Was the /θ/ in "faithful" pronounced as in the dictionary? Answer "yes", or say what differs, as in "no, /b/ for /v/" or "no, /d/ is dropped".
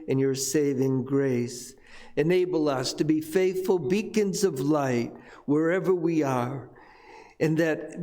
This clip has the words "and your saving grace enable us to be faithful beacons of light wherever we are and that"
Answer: yes